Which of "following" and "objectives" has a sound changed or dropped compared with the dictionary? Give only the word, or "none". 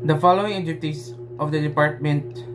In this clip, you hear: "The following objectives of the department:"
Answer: objectives